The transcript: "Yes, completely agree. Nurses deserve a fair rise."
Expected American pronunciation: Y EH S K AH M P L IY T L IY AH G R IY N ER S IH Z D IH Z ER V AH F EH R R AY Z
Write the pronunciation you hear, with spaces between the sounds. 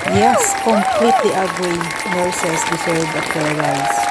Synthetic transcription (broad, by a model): Y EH S K AH M P L IY T L IY AH G R IY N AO S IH S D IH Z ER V AH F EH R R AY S